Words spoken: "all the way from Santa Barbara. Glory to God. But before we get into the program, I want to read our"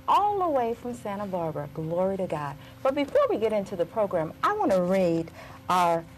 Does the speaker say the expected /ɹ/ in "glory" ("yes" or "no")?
yes